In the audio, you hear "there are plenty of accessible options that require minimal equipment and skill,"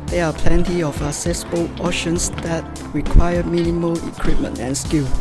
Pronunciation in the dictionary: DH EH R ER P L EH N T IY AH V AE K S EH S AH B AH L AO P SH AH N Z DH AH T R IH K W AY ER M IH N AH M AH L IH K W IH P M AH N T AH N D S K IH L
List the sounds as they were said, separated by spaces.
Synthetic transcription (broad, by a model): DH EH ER P L EH N T IY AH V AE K S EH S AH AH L AO SH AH N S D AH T R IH K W AY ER M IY N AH M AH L IH K W IH P M AH N T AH N S K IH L